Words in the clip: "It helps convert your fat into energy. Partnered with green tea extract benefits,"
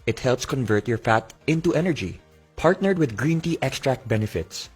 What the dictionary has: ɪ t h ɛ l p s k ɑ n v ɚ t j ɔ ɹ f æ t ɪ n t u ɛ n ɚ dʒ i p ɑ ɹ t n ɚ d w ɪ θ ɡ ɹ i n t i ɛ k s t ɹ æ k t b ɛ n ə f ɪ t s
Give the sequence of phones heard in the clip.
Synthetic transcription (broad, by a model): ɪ t h ɛ l p s k ɑ n v ɚ t j ɔ ɹ f æ t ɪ n t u ɛ n ɚ dʒ i p ɑ ɹ t n ɚ d w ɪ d ɡ ɹ i n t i ɛ k s t ɹ æ k t b ɛ n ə f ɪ t s